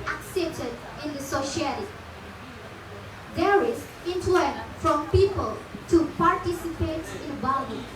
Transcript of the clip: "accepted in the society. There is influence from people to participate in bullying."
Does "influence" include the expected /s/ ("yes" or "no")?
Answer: no